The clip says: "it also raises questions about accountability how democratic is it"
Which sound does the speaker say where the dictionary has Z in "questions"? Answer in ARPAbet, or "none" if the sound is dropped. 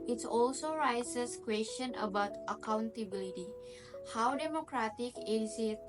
none